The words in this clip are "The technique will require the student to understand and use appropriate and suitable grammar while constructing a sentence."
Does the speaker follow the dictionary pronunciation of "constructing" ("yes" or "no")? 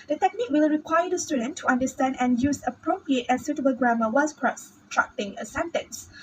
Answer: no